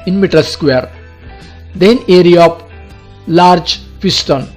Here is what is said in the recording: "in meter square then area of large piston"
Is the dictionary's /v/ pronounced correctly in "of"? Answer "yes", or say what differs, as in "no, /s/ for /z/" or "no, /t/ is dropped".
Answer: no, /p/ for /v/